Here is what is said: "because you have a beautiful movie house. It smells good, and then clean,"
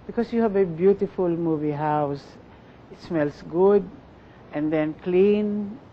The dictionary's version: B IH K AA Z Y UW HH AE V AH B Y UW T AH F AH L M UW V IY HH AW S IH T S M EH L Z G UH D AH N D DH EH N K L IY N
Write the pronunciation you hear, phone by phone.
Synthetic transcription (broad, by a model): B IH K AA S Y UW HH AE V AH B Y UW T AH F AH L M UW V IY HH AW S IH T S M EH L S G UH D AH N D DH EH N K L IY N